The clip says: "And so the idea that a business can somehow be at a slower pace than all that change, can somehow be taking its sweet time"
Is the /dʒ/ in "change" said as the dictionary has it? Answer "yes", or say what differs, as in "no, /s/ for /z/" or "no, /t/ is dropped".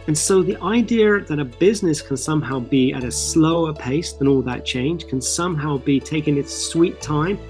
no, /ʒ/ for /dʒ/